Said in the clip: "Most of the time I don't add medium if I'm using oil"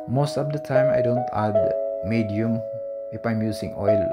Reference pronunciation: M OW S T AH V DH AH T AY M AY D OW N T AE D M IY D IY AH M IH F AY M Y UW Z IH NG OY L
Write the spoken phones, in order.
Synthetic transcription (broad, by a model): M OW S T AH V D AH T AY M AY D OW N T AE D M IY D IY AH M IH F AY M Y UW S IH NG OY L